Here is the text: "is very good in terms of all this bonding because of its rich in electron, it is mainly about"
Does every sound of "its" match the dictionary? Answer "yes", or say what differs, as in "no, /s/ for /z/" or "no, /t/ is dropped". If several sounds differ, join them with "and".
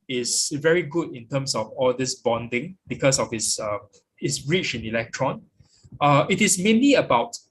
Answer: no, /s/ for /t/